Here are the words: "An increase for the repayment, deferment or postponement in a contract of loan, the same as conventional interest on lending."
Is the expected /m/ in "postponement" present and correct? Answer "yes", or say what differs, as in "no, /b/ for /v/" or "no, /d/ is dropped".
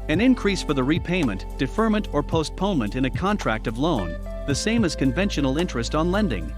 yes